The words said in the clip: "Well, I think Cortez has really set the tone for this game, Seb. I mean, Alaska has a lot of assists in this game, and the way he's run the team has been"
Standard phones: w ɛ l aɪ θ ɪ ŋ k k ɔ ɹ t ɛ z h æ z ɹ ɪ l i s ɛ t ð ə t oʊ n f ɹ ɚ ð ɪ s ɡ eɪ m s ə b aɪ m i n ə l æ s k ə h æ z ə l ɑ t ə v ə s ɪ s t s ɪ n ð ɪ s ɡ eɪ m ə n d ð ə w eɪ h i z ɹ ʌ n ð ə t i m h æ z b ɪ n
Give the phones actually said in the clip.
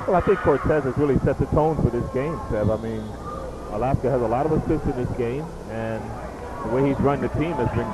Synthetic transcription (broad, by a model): w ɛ l aɪ θ ɪ ŋ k k ɔ ɹ t ɛ z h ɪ z ɹ ɪ l i s ɛ t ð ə t oʊ n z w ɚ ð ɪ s ɡ eɪ m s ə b aɪ m i n ə l æ s k ə z ə l ɑ t ə v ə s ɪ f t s ɪ n ð ɪ s ɡ eɪ m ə n ð ə w eɪ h i z ɹ ʌ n ð ə t i m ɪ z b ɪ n